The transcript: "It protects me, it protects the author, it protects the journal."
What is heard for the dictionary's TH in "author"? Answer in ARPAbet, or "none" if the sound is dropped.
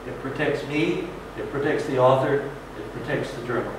TH